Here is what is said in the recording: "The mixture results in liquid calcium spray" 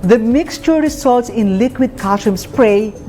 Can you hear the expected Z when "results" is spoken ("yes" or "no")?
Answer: no